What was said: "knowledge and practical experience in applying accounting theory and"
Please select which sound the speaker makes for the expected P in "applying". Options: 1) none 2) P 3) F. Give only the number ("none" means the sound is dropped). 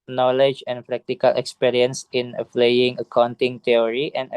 3